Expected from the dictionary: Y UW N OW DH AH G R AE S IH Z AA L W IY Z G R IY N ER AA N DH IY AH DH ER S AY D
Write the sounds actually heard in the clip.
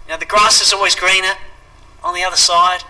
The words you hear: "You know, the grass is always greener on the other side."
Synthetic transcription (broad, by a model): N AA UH DH AH G R AE S IH Z AA L W IY Z G R IY N ER N DH IY AH DH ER S AY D